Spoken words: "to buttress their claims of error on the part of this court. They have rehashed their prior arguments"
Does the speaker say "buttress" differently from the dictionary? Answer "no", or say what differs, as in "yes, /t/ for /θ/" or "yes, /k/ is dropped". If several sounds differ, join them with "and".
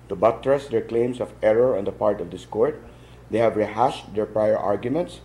no